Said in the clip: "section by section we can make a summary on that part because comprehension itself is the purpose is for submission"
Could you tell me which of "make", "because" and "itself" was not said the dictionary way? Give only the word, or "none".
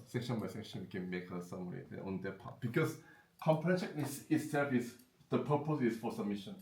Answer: because